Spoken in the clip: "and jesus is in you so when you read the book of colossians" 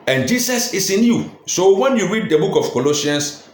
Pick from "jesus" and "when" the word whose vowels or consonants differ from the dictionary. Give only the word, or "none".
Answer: jesus